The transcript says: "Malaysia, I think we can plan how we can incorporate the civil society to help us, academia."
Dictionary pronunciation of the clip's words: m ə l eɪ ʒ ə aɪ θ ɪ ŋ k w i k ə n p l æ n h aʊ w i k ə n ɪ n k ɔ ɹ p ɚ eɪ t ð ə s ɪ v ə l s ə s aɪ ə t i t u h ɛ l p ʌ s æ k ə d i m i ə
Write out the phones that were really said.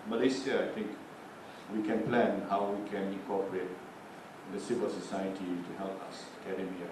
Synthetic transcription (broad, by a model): m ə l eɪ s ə aɪ t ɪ ŋ k w i k ə n p l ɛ n h aʊ w i k ə n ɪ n k ɔ p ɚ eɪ t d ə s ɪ w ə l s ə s aɪ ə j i t u h ɛ l p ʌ s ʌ k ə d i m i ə